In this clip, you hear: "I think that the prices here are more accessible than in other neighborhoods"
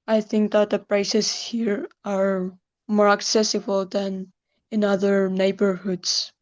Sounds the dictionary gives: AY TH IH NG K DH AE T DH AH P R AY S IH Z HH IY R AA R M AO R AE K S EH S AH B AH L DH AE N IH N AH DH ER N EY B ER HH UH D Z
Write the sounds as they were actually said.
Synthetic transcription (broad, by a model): AY TH IH NG K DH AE T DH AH P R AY S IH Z HH IY R AA R M AO R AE K S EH S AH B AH L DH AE N IH N AH DH ER N EY B ER HH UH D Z